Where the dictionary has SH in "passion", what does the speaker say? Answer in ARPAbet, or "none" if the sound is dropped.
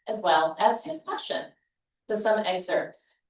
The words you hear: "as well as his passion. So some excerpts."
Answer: SH